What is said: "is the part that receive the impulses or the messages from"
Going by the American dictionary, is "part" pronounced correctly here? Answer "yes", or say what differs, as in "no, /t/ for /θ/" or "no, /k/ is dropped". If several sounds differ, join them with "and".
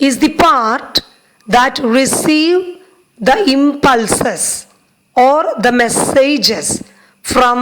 yes